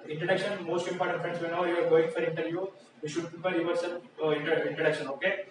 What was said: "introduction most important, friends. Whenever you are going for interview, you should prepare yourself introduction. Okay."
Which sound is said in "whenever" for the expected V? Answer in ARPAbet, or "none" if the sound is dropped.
none